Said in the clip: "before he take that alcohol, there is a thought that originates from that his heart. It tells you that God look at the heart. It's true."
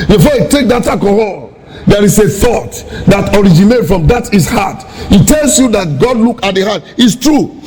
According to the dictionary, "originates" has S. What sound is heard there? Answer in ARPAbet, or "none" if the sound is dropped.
none